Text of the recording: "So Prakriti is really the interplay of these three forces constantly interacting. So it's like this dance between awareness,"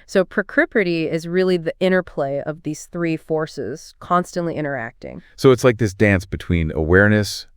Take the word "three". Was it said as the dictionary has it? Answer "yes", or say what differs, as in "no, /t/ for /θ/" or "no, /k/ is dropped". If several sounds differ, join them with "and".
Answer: yes